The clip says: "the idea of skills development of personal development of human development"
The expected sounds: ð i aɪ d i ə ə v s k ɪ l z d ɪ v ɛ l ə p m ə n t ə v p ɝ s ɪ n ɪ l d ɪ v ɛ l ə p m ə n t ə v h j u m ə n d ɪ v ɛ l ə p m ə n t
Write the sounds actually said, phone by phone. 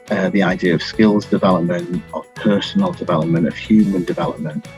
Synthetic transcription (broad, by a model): ð i aɪ d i ə ə v s k ɪ l z d ɪ v ɛ l ə p m ə n t ə v p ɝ s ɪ n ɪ l d ɪ v ɛ l ə p m ə n t ə v h j u m ə n d ɪ v ɛ l ə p m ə n t